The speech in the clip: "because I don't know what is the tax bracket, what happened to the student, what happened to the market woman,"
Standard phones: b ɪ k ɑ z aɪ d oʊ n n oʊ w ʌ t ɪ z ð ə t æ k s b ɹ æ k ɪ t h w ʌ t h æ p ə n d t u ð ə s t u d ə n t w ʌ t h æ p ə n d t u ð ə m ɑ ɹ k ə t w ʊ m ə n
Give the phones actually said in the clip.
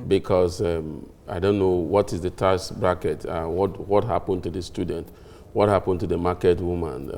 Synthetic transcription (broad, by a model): b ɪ k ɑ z aɪ d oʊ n n oʊ w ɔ t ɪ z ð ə t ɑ s b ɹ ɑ k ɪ t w w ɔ t h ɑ p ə n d t u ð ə s t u d n t w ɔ t h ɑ p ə n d t u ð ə m ɑ k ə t w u m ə n